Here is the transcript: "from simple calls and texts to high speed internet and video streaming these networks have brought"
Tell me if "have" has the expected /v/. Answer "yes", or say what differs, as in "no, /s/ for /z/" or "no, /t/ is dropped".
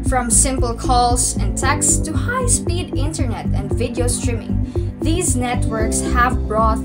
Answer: yes